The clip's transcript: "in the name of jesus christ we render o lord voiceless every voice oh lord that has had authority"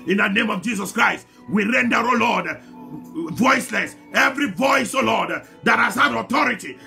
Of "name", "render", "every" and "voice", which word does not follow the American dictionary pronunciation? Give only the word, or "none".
none